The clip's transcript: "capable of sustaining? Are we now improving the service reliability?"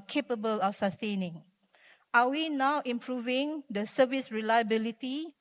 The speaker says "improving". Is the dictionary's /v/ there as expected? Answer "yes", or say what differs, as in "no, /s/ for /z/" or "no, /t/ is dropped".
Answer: yes